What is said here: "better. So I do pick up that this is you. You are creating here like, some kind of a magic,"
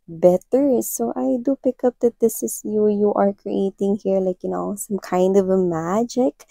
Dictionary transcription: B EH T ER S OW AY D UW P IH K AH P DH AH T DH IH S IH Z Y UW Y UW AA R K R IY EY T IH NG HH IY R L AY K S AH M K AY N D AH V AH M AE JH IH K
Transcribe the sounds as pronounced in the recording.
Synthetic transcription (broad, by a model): B EH T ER S OW AY D UW P IH K AH P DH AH T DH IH S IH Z Y UW Y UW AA R K R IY EY T IH NG HH IY R L AY K S AH M K AY N D AH V AH M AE JH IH K